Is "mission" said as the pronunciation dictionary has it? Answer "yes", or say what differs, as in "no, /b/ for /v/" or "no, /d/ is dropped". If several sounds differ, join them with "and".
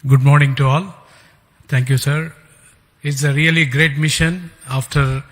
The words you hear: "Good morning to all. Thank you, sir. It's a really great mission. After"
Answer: yes